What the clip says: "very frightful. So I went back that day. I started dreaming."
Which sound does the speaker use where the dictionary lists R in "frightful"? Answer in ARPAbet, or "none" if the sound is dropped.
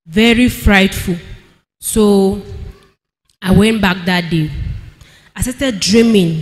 R